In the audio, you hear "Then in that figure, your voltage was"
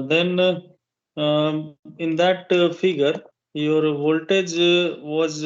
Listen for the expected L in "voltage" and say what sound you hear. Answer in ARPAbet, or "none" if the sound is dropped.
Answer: L